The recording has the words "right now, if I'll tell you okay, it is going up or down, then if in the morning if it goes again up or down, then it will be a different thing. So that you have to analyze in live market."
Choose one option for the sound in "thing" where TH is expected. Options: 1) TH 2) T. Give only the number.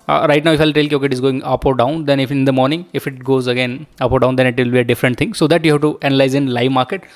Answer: 2